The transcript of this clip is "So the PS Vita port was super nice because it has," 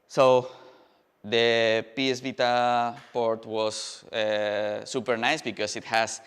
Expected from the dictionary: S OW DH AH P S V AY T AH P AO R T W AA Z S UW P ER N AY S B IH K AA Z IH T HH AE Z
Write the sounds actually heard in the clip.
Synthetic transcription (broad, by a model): S OW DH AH P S B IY T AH P AO R T W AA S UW P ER N AY S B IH K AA S IH T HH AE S